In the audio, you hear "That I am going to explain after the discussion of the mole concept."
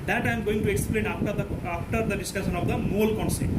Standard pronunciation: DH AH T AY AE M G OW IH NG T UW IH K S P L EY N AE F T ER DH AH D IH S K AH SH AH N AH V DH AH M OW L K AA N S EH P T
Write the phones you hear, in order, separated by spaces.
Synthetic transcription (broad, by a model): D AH T AY M G OW IH NG T UW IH K S P L EY N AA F T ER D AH D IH S K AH S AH N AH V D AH M OW L K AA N S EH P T